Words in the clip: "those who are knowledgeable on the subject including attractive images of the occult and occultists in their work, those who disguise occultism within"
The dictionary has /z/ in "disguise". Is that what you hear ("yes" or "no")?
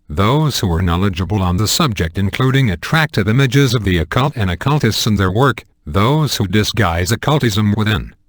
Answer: yes